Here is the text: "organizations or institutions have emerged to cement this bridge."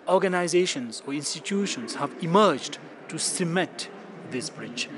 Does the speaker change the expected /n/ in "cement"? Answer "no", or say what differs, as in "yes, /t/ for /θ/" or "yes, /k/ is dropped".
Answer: yes, /n/ is dropped